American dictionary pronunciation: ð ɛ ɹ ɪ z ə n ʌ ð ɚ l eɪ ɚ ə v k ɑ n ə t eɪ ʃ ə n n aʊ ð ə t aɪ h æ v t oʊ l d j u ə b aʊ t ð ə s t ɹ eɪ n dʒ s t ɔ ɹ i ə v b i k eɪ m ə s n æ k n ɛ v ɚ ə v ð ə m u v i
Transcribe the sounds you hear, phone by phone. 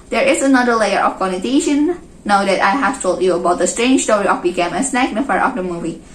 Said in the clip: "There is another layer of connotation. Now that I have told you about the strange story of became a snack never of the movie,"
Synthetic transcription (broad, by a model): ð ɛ ɹ ɪ z ə n ʌ ð ɚ l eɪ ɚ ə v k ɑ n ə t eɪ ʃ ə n n aʊ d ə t aɪ h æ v t oʊ l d j u ə b aʊ t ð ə s t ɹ eɪ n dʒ s t ɔ ɹ i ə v b i k eɪ m ə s n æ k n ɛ f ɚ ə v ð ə m u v i